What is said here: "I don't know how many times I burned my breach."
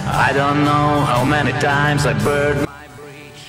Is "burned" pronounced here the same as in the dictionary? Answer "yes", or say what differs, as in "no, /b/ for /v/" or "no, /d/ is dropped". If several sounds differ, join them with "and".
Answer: no, /n/ is dropped